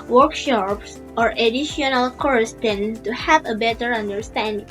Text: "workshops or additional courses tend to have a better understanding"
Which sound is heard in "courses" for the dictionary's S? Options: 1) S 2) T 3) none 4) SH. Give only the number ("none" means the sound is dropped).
3